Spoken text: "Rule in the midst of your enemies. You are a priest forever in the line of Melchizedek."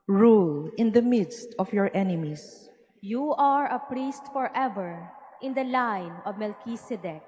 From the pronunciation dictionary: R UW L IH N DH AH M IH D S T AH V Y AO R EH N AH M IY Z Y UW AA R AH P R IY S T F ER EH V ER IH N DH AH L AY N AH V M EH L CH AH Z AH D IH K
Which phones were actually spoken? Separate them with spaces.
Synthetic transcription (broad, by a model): R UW L IH N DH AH M IH D S T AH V Y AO R EH N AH M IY S Y UW AA R AH P R IY S T F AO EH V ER IH N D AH L AY N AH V M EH L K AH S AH D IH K